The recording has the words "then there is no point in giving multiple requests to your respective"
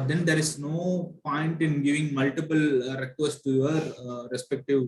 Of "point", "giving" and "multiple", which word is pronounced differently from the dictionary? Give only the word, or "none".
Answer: none